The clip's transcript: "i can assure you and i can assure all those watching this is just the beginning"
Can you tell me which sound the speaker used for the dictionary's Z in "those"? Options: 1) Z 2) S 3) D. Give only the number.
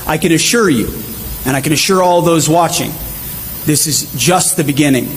1